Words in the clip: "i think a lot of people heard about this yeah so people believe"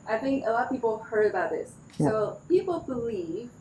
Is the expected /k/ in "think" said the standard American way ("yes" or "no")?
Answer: yes